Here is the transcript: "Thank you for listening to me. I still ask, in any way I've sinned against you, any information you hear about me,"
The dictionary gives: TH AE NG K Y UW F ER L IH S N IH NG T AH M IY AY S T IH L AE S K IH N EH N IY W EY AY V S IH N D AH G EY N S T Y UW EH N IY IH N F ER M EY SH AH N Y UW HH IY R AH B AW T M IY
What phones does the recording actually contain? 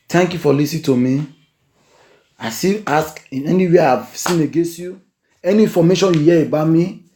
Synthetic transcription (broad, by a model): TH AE NG K Y UW F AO L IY S IH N T AH M IY AY S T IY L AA S K IH N EH N IY W EY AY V S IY N AH G EY N S T Y UW EH N IY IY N F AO M EY SH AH N Y UW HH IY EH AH B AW M IY